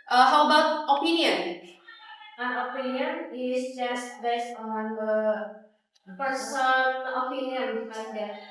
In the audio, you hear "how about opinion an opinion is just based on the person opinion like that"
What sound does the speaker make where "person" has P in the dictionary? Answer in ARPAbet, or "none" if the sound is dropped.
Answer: F